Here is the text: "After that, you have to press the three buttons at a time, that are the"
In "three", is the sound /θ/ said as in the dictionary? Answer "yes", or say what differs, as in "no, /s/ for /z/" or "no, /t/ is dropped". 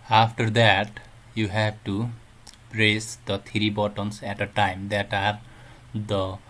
no, /t/ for /θ/